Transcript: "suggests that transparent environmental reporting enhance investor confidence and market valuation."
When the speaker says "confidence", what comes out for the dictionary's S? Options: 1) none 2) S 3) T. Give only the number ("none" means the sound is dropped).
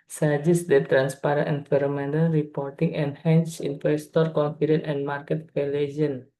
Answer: 1